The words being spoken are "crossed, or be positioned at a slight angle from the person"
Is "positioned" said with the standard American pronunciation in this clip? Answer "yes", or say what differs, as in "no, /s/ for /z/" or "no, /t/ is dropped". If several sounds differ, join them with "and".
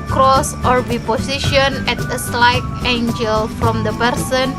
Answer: no, /d/ is dropped